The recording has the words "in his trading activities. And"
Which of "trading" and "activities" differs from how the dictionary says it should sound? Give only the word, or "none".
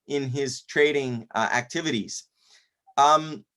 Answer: none